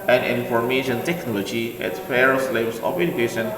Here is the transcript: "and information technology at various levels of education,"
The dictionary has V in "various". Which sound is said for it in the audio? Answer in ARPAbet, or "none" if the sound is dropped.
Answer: F